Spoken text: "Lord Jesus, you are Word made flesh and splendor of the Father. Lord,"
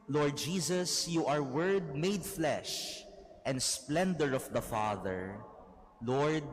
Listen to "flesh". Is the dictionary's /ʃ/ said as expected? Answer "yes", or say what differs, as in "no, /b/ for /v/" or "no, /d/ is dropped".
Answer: yes